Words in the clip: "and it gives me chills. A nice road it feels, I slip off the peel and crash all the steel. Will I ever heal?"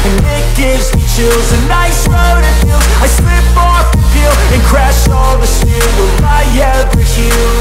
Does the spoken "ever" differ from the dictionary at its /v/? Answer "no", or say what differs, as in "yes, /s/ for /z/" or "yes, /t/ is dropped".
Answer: yes, /v/ is dropped